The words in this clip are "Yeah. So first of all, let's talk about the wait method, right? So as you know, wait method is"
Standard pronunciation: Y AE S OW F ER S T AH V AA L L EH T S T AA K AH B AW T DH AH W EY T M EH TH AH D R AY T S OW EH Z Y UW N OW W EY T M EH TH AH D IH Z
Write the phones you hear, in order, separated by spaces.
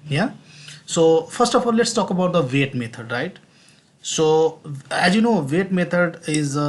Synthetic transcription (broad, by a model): Y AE S OW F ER S T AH F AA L L EH T S T AA K AH B AW T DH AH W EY T M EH T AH D R AY T S OW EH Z Y UW N OW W EY T M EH T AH D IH Z